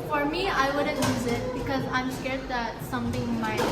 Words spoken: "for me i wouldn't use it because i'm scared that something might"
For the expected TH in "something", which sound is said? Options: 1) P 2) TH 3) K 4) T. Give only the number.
4